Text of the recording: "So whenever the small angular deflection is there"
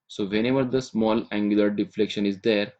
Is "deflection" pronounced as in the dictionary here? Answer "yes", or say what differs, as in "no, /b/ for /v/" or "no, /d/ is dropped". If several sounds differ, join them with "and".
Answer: yes